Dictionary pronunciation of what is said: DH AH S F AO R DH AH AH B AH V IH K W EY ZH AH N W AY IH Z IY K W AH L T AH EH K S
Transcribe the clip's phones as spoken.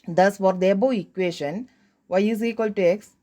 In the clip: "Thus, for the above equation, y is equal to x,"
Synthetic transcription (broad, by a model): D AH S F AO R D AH B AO IH K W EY SH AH N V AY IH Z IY K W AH L T AH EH K S